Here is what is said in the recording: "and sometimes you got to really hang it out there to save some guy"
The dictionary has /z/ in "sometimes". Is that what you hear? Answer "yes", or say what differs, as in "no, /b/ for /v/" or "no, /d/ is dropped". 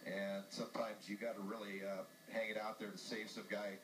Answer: yes